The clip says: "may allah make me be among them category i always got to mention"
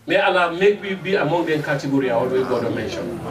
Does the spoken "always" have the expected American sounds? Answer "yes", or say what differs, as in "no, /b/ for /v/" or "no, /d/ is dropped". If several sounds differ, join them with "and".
no, /z/ is dropped